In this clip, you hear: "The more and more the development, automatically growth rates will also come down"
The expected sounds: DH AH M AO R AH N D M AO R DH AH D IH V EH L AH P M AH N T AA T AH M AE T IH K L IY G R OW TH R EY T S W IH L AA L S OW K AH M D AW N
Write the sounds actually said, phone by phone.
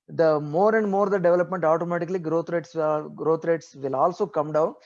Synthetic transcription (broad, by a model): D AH M AO R AH N D M AO R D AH D IH V EH L AH P M AH N T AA T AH M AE T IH K L IY G R OW T R EY T S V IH L AA L S OW K AH M D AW N